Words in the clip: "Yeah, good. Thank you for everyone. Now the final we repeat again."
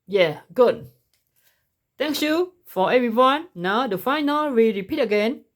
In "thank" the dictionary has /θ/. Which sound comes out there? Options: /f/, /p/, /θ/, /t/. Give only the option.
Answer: /t/